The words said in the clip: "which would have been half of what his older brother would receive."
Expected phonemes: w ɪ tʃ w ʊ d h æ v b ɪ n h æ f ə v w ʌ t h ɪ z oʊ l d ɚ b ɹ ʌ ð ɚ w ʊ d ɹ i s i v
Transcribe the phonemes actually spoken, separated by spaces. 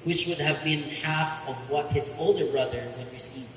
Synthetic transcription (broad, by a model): w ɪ tʃ w ʊ d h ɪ v b ɪ n h æ f ə v w ʌ t h ɪ z oʊ l d ɚ b ɹ ʌ ð ɚ w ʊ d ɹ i s i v